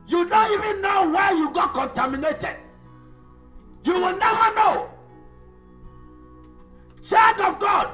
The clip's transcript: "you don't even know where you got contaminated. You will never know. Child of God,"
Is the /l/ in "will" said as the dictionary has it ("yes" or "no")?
yes